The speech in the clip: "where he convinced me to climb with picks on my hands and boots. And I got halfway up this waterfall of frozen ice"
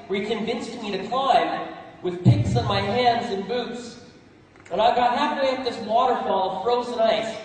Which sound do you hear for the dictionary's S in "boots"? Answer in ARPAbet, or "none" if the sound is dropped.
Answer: S